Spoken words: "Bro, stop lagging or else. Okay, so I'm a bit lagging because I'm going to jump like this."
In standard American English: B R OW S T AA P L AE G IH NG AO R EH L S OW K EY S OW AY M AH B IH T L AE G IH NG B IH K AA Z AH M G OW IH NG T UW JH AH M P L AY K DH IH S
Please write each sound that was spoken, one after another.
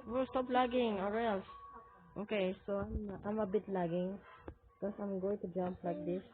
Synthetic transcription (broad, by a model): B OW S T AA P L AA G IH NG AO R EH L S OW K EY S OW AY M AH B IH T L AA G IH NG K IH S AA AH M G OW IH NG T UW JH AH M P L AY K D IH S